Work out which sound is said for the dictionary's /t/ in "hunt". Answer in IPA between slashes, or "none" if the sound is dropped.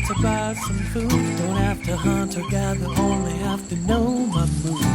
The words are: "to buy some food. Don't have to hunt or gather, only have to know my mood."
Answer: /t/